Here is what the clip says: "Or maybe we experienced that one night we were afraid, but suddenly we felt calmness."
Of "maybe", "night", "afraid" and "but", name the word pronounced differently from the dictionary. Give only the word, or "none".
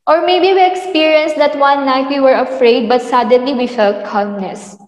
none